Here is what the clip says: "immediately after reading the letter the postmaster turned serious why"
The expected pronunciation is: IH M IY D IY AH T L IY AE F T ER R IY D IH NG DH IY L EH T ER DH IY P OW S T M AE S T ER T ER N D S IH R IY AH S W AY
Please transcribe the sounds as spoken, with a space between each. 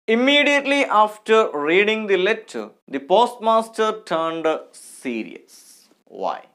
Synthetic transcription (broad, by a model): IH M IY D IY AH T L IY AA F T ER R IY D IH NG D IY L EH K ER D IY P OW S T M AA S T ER T ER N D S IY R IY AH S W AY